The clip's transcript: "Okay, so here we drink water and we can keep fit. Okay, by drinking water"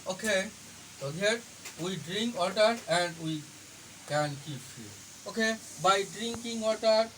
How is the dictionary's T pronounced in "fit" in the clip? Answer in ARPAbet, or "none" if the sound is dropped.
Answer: none